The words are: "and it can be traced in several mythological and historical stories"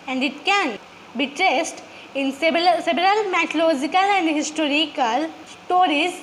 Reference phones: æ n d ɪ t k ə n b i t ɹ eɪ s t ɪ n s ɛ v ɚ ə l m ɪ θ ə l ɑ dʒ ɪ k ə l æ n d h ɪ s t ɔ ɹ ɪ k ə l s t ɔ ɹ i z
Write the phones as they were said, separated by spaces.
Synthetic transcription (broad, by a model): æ n d ɪ t k ə n b i t ɹ eɪ s t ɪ n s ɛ b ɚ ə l m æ t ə l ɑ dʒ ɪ k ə l æ n d h ɪ s t ɔ ɹ ɪ k ə l s t ɔ ɹ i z